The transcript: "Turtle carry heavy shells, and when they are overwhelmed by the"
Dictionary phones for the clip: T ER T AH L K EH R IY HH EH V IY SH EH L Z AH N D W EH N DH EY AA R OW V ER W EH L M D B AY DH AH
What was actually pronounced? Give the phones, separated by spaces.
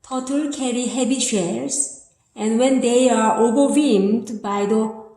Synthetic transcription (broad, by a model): T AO T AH L K EH R IY HH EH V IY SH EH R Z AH N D W EH N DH EY AA R OW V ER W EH M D B AY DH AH